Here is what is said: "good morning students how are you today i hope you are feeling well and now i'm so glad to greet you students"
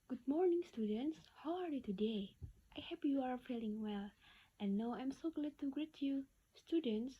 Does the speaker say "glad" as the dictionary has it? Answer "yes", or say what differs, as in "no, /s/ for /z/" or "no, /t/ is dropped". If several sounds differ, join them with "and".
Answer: yes